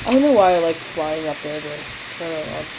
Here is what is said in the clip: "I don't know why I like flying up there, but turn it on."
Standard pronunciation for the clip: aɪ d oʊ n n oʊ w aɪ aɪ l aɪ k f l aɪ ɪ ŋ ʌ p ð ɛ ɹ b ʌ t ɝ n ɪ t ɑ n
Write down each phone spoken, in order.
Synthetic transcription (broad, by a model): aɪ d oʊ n n oʊ w aɪ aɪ l aɪ k f l aɪ ɪ ŋ ʌ p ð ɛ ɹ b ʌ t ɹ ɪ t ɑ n